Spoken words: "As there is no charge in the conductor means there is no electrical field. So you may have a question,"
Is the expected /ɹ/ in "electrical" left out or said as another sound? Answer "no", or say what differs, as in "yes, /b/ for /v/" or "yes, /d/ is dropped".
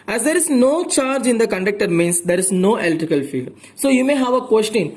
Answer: yes, /ɹ/ is dropped